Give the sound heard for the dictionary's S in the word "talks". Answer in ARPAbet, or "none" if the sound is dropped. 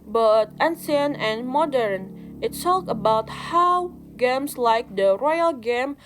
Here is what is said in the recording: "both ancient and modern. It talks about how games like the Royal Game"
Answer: none